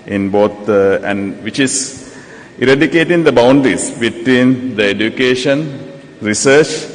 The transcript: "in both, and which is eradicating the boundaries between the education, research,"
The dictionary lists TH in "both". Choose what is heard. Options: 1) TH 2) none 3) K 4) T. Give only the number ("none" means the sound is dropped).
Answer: 4